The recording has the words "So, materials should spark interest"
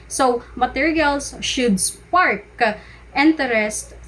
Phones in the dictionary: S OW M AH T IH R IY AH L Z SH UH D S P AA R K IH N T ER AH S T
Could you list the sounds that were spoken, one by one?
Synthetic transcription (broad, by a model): S OW M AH T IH R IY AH L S SH UH D S P AA R K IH N T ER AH S T